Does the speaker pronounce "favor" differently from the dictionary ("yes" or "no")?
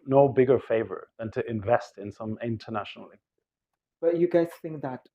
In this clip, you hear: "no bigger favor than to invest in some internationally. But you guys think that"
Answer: no